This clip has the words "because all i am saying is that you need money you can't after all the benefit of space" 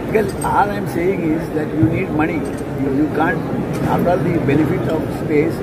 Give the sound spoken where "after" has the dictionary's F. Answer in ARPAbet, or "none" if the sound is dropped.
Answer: none